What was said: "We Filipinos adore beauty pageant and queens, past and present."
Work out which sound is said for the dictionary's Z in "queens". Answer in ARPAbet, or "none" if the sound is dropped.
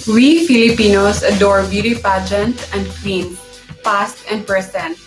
none